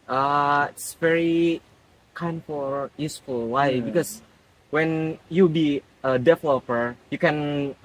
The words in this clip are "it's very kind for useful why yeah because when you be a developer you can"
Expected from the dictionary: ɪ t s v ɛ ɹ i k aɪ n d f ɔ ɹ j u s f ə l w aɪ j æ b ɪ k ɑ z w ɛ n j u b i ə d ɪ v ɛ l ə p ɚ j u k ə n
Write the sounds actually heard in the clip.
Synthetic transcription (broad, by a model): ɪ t s v ɛ ɹ i k aɪ n d f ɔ l j u s f ə l w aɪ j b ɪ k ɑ s w ɛ n j u b i ə d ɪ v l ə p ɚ j u k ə n